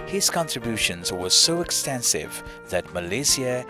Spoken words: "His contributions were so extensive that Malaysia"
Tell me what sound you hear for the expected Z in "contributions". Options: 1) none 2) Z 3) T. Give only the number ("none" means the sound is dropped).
2